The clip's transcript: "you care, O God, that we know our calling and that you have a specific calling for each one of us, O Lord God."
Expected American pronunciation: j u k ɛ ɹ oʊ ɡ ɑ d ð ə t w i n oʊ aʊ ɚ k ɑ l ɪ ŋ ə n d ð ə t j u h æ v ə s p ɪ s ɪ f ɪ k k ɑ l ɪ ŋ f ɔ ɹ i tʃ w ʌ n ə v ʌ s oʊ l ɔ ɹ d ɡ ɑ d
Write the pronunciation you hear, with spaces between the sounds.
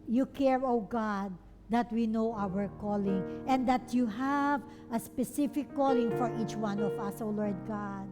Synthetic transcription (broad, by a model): j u k ɛ ɹ oʊ ɡ ɑ d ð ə t w i n oʊ aʊ ɚ k ɑ l ɪ ŋ ə n d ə t j u h æ v ə s p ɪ s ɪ f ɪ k k ɑ l ɪ ŋ f ɔ ɹ i tʃ w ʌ n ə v ʌ s oʊ l ɔ ɹ d ɡ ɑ d